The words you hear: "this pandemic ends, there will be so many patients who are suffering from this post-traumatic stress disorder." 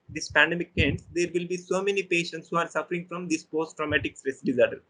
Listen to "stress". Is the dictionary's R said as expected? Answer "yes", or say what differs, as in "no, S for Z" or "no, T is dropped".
yes